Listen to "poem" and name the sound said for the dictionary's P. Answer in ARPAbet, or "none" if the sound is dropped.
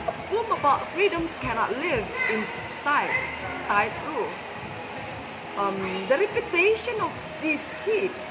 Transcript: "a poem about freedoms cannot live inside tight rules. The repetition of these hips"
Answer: F